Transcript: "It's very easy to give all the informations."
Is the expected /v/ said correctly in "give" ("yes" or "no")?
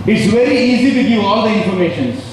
no